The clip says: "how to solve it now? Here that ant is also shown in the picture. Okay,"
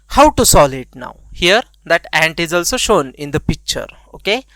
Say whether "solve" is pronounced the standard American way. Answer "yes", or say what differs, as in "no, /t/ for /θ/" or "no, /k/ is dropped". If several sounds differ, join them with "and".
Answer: no, /v/ is dropped